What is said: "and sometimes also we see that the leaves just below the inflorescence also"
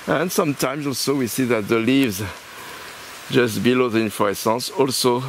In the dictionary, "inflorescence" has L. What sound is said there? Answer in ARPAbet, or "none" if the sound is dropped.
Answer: none